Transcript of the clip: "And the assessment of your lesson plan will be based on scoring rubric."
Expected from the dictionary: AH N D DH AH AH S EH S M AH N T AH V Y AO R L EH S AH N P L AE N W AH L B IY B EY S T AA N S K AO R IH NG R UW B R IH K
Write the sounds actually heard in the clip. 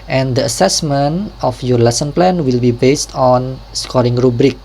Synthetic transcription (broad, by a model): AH N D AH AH S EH S M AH N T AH F Y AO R L EH S AH N P L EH N W AH L B IY B EY S T AA N S K AO R IH NG R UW B R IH K